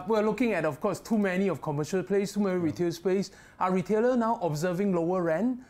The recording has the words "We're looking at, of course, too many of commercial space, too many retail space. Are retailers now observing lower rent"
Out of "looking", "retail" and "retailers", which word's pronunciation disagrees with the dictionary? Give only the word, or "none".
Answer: retailers